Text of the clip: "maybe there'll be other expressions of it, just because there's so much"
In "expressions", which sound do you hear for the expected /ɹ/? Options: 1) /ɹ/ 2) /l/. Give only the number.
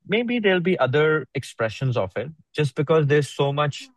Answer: 1